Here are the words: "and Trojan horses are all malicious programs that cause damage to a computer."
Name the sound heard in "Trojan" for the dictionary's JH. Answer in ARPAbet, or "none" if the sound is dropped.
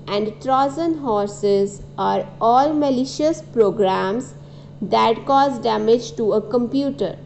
Z